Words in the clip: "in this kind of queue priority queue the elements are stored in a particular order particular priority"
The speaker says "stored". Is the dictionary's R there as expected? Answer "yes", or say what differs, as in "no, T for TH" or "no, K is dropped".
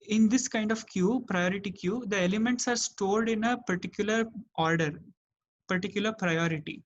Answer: no, L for R